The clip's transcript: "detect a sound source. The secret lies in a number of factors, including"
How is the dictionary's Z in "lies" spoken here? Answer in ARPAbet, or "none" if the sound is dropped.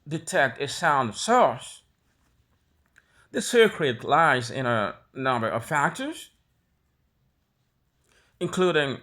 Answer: Z